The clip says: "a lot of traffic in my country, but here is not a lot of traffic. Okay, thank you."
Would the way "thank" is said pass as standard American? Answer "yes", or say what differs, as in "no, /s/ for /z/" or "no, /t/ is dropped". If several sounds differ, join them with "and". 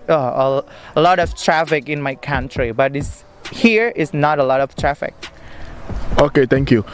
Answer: no, /t/ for /θ/